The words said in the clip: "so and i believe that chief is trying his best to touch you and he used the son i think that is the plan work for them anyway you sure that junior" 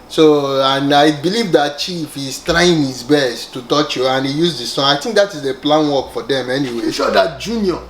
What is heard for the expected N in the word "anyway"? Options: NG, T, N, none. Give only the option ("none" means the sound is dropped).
N